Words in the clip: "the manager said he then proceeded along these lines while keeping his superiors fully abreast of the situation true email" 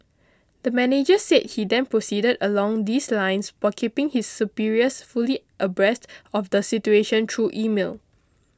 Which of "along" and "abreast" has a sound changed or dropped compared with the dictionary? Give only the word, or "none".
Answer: none